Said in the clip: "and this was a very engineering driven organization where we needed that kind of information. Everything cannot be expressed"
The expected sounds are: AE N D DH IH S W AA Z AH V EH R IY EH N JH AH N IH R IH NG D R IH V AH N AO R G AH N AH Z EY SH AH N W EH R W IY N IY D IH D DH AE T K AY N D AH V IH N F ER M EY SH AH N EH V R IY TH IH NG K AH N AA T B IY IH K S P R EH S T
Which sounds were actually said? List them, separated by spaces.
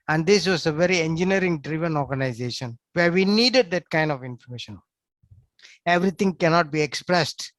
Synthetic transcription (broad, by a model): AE N D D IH S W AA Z AH V EH R IY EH N JH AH N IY R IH NG D R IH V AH N AO R G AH N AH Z EY SH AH N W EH R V IY N IY D IH D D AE T K AY N D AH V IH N F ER M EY SH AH N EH V R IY T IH NG K AH N AA T B IY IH K S P R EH S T